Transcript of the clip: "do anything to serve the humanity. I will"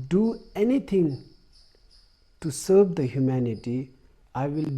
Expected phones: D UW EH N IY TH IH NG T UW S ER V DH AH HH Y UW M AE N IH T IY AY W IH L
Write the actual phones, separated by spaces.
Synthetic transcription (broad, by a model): D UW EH N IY T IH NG T UW S ER V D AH HH Y UW M AE N IH T IY AY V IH L